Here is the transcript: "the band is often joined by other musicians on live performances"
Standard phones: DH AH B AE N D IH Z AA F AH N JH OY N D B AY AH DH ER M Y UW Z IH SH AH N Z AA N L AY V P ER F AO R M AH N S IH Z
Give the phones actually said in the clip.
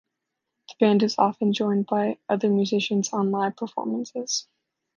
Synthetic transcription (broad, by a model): DH AH B AE N D IH Z AA F AH N JH OY N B AY AH DH ER M Y UW Z IH SH AH N Z AA N L AY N P ER F AO R M AH N S IH Z